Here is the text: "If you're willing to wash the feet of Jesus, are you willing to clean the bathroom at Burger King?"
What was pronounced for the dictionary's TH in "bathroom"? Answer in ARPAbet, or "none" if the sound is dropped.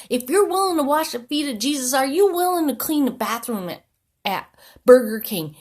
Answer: TH